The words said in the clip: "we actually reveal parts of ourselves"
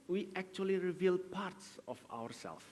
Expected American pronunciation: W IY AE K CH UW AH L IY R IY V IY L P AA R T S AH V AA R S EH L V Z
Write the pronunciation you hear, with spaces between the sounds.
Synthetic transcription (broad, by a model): W IY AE K CH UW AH L IY R IY V IY L P AA R T S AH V AA R S EH L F